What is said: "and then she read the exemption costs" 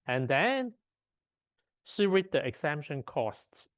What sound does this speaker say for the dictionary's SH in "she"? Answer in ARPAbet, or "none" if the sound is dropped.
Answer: S